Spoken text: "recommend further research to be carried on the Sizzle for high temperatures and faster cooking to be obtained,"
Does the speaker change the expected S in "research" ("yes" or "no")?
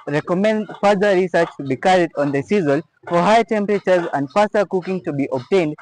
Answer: no